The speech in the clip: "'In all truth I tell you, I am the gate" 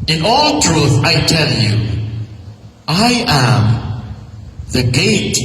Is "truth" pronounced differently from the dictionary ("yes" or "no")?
no